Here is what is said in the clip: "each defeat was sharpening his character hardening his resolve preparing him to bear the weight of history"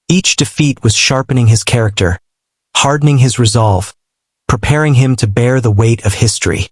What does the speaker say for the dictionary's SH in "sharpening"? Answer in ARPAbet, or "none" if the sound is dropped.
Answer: SH